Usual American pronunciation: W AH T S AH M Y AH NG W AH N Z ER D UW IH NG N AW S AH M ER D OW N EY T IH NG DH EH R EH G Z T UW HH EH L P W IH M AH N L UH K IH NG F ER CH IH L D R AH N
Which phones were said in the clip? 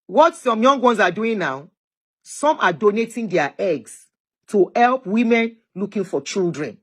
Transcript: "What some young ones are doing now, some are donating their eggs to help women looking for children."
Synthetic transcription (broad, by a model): W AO T S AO M Y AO NG W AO N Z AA D UW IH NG N AW S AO M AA D OW N EY T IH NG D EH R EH G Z T UW HH EH L P W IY M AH N L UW K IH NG F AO CH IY L D R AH N